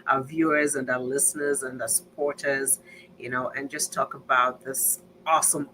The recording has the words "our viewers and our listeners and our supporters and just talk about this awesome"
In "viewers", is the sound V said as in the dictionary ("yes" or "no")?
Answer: yes